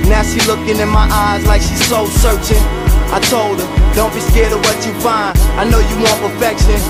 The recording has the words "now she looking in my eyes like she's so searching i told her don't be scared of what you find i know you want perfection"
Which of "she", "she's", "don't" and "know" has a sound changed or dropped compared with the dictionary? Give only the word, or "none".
she